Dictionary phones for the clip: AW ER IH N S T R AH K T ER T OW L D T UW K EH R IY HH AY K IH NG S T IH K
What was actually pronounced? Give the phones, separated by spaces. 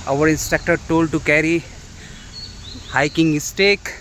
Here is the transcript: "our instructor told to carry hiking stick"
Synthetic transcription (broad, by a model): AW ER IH N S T EH K T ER T OW L D T UW K EH R IY HH AY K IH NG S T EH K